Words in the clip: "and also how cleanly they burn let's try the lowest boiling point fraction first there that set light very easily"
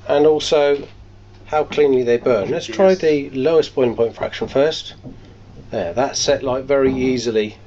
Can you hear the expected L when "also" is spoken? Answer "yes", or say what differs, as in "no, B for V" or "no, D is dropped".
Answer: yes